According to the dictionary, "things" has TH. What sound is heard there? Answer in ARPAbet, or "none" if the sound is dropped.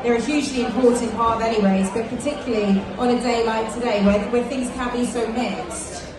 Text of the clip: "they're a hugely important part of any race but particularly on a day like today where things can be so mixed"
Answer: TH